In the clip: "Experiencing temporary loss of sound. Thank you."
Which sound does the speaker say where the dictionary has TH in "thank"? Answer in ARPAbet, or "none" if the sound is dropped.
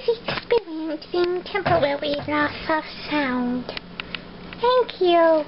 TH